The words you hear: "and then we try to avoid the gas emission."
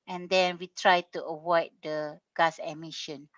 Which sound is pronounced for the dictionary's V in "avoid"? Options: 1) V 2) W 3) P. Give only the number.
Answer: 2